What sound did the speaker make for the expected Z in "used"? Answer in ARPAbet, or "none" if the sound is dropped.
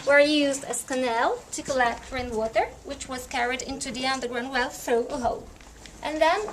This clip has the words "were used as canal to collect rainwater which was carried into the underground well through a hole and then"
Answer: Z